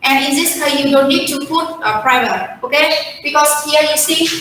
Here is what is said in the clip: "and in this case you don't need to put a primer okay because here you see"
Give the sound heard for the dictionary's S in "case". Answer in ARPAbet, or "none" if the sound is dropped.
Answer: none